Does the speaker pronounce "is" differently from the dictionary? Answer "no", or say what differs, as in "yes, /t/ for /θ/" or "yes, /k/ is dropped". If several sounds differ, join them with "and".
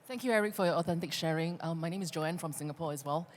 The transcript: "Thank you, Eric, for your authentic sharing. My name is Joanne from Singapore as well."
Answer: no